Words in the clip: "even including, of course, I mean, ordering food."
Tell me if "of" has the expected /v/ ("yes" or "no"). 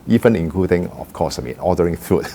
no